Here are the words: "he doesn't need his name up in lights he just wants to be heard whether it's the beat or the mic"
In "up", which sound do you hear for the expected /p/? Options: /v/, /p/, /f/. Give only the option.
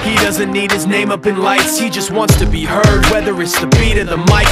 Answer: /p/